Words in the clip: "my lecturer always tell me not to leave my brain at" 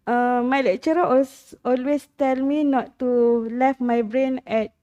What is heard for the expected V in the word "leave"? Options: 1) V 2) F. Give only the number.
2